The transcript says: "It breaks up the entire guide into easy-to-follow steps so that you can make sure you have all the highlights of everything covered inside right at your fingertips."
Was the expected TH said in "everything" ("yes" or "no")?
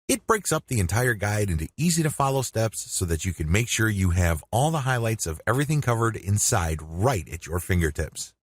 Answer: yes